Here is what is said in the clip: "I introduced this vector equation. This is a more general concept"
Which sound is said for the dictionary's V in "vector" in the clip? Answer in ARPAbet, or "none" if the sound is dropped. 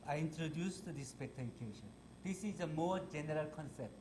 P